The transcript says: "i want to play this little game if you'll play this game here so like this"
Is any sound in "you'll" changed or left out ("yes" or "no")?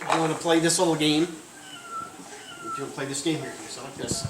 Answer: yes